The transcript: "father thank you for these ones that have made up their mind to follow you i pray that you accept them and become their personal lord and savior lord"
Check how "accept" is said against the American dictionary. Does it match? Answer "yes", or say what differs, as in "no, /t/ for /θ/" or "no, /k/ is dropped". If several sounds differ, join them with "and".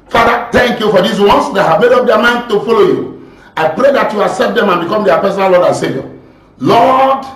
no, /k/ is dropped